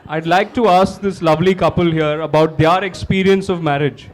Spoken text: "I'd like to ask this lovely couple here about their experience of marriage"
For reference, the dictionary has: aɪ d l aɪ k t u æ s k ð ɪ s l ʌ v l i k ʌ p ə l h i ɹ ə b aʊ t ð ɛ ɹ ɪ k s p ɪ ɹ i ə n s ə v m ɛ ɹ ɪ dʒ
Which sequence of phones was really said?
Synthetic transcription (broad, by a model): aɪ d l aɪ k t u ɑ s k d ɪ s l ʌ v l i k ʌ p ə l h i ɹ ə b aʊ t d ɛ ɹ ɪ k s p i ɹ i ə n s ə v m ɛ ɹ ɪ dʒ